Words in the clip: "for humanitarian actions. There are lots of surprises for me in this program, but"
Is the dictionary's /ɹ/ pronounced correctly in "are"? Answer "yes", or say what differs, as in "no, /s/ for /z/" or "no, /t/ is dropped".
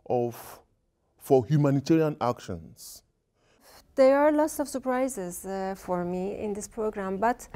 yes